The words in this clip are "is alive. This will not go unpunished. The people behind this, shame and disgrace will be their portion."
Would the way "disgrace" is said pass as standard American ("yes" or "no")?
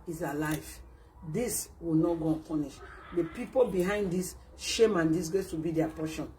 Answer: no